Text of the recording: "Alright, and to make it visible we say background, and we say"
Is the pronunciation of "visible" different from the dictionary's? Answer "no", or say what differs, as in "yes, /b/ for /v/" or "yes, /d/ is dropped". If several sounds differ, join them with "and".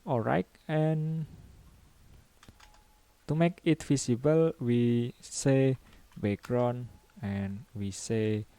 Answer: yes, /f/ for /v/ and /s/ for /z/